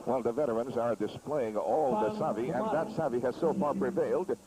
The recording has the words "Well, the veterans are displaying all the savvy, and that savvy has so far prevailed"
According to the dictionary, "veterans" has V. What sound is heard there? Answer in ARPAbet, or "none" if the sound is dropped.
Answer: V